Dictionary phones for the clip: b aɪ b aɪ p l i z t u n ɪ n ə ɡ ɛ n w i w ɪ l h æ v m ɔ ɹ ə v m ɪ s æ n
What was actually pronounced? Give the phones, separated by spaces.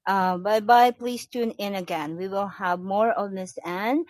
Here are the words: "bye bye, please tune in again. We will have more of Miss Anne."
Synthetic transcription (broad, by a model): b aɪ b aɪ p l i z t u n ɪ n ə ɡ ɛ n w i w ɪ l h æ v m ɔ ɹ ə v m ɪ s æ n